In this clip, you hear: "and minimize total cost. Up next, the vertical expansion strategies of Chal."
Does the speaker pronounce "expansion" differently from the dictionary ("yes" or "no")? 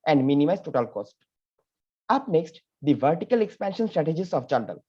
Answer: no